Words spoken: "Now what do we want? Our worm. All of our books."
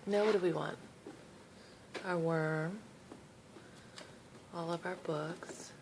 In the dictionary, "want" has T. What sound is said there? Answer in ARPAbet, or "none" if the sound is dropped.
T